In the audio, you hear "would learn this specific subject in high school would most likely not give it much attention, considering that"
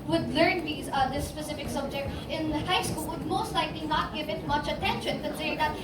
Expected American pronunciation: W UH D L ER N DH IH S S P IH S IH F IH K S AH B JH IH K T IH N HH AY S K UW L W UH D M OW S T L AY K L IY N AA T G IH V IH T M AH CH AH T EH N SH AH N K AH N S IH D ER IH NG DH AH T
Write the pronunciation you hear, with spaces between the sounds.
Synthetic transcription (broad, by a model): W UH D L ER N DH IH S S P IH S IH F IH K S AH B JH IH K T IH N HH AY S K UW L W UH D M OW S T L AY K L IY N AA T G IH V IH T M AH CH AH T EH N SH AH N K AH S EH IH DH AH T